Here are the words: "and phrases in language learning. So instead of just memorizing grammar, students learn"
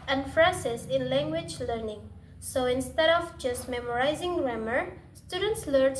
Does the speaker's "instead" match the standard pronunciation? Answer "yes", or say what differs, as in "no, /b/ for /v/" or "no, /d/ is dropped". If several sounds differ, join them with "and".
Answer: yes